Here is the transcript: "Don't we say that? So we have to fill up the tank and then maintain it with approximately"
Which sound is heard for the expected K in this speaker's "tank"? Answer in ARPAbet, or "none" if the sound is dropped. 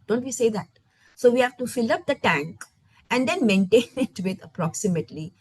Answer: K